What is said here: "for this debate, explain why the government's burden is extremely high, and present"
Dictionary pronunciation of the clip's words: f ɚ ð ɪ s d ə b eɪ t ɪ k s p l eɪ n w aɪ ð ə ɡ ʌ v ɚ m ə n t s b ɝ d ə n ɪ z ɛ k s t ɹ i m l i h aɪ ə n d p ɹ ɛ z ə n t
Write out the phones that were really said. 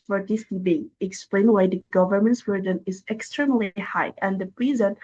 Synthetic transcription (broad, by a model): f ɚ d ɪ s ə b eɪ ɪ k s p l eɪ n w aɪ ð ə ɡ ʌ v ɚ m ə n t s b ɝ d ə n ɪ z ɛ k s t ɹ i m l i h aɪ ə n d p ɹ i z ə n